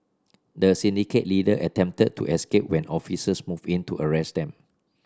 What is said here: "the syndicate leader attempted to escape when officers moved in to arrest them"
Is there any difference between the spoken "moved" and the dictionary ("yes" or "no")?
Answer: yes